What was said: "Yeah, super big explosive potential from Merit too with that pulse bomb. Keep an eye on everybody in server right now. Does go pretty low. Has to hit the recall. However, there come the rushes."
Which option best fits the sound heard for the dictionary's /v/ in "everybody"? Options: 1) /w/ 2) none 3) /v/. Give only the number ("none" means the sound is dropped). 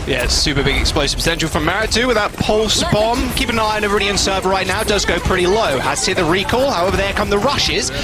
2